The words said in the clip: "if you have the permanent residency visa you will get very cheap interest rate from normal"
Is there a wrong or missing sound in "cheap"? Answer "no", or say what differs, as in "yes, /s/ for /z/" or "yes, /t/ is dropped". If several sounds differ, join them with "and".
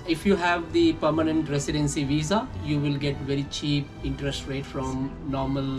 no